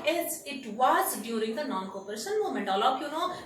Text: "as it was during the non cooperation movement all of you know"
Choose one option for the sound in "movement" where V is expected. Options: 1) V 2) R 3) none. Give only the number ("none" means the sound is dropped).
3